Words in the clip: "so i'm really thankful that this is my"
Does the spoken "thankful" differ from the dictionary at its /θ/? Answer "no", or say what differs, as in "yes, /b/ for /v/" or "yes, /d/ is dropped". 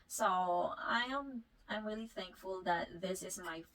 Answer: no